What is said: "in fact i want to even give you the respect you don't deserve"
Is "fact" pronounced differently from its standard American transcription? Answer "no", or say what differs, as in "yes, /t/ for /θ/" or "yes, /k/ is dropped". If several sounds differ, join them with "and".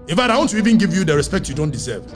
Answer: yes, /k/ is dropped